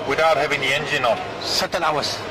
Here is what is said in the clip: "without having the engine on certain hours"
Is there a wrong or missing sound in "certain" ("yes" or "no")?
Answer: yes